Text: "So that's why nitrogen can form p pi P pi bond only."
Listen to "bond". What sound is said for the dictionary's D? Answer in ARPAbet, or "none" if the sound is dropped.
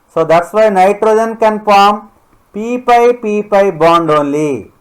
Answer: D